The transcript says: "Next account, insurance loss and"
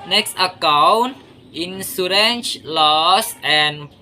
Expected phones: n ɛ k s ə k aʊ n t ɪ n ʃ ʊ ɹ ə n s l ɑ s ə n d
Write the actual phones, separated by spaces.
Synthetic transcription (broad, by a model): n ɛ k s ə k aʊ n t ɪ n s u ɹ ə n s l ɑ s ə n